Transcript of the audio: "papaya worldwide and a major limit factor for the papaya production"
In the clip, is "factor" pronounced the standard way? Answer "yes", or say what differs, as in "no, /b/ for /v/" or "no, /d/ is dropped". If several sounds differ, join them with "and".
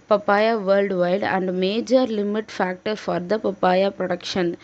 yes